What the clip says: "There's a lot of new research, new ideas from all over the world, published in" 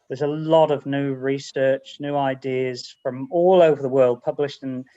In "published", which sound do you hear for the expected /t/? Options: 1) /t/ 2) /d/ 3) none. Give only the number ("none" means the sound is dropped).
1